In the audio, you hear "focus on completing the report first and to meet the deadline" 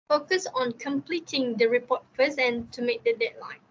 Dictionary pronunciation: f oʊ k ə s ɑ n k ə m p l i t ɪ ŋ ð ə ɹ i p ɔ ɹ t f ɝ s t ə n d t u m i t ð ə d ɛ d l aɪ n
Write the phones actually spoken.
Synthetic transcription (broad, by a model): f oʊ k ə s ɑ n k ə m p l i t ɪ ŋ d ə ɹ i p ɔ t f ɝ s ə n t u m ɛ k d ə d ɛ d l aɪ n